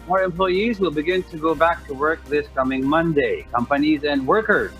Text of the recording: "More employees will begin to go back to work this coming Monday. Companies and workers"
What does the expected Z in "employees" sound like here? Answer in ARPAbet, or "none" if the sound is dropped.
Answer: Z